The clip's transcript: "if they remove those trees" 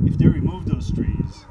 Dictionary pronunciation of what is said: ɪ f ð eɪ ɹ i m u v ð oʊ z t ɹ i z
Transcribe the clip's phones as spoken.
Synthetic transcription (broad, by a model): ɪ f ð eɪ ɹ i m u v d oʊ s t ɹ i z